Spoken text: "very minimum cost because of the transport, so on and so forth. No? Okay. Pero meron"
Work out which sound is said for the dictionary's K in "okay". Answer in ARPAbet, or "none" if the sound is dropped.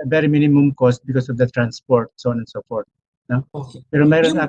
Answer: none